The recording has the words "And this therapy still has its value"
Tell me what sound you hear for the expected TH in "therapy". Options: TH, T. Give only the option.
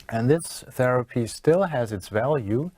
TH